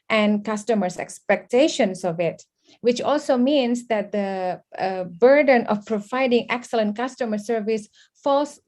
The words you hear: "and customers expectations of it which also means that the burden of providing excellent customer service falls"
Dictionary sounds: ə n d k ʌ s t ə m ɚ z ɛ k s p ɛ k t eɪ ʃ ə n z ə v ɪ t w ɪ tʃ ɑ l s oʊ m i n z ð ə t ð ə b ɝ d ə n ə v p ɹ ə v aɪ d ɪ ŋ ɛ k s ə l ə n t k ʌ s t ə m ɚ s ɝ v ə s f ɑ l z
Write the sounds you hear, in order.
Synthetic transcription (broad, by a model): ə n k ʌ s t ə m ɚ s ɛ k s p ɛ k t eɪ ʃ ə n s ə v ɪ t w ɪ tʃ ɑ l s oʊ m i n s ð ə t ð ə b ɝ d ə n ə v p ɹ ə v aɪ d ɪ ŋ ɛ k s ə l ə n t k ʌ s t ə m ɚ s ɝ v ə s f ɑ l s